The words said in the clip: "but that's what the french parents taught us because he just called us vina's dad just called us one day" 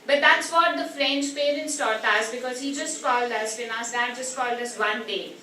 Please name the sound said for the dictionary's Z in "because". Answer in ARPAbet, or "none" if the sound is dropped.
Z